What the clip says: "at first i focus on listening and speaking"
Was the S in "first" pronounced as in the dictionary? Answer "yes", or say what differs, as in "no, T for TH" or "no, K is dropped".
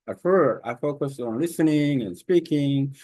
no, S is dropped